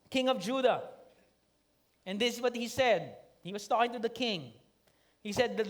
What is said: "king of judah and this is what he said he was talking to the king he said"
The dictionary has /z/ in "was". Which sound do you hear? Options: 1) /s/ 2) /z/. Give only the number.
1